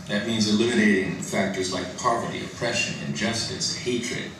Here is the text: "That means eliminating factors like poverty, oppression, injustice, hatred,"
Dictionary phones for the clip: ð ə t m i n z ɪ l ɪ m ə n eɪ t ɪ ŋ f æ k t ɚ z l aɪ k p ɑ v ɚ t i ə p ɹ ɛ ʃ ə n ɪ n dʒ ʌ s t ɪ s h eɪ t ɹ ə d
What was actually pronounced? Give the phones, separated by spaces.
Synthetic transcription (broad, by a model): ð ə t m i n z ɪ l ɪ m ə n eɪ t ɪ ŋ f æ k t ɚ z l aɪ k p ɑ v ɚ t i ə p ɹ ɛ ʃ ə n ɪ n dʒ ʌ s t ɪ s h eɪ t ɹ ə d